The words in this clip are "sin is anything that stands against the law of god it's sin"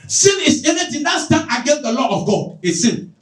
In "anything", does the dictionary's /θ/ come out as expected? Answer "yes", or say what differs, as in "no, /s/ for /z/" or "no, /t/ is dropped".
no, /t/ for /θ/